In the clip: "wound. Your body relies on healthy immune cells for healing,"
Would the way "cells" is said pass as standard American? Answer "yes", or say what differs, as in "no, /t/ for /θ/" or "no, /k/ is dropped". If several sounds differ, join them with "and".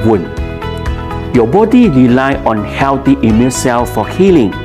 no, /z/ is dropped